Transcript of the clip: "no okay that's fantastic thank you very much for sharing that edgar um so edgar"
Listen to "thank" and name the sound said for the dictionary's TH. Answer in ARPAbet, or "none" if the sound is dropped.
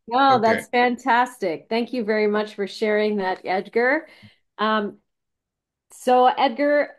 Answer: TH